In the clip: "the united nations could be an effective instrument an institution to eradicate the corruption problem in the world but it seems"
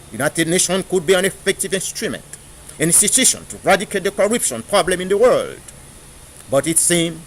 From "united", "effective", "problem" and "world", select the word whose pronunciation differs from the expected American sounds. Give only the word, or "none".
none